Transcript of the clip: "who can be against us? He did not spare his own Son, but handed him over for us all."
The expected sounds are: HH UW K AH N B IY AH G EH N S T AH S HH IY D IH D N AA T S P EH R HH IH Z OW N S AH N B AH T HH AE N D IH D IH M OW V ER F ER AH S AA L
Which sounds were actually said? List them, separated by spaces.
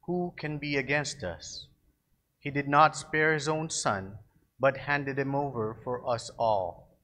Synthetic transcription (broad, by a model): HH UW K AH N B IY AH G EH N S T AH S HH IY D IH D N AA T S P EH R HH IH Z OW N S AH N B AH T HH AE N D IH D IH M OW V ER F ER AH S AA L